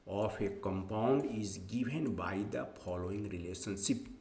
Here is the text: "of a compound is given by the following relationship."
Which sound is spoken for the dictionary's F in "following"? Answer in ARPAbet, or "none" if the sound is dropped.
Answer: P